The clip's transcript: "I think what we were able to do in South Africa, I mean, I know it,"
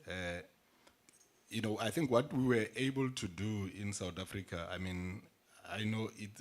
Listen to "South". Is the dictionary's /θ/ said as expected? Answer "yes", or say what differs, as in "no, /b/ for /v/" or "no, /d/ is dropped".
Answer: no, /t/ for /θ/